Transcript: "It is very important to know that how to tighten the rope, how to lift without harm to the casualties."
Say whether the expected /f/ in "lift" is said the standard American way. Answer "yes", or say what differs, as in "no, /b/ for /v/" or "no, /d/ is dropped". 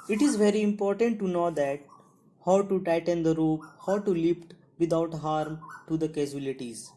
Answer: no, /p/ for /f/